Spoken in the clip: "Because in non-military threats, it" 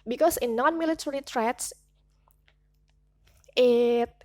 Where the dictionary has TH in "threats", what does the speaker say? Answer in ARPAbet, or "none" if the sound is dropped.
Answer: T